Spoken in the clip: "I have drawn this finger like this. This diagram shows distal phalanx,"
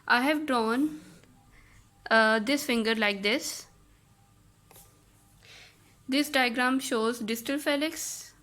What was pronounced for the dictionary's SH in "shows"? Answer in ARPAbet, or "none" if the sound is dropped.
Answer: SH